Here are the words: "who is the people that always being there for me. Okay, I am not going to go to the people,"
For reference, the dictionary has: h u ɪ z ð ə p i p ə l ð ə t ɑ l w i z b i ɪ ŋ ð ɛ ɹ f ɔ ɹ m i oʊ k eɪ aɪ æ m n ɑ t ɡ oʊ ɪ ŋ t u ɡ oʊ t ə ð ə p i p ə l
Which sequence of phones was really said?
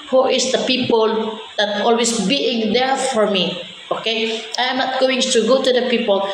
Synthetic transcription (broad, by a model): h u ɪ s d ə p i p ə l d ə t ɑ l w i s b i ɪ ŋ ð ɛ ɹ f ɔ ɹ m i oʊ k eɪ aɪ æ m n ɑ t ɡ oʊ ɪ ŋ t u ɡ oʊ t ə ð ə p i p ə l